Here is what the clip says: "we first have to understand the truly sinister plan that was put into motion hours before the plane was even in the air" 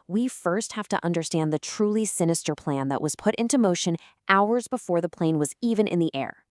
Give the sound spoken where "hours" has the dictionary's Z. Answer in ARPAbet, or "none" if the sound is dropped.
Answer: Z